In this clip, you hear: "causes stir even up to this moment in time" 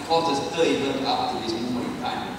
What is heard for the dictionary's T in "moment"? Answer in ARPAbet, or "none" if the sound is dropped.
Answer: none